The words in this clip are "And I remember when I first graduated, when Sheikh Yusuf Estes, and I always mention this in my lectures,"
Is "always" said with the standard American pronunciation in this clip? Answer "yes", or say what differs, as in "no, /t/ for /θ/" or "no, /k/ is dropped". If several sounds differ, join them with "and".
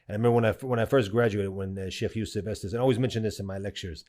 yes